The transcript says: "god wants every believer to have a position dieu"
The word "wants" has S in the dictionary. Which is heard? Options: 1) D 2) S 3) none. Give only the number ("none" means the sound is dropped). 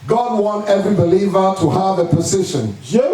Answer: 3